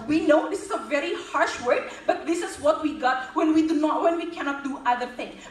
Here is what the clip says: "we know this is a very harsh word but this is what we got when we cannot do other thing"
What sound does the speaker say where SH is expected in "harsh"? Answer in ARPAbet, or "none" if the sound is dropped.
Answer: SH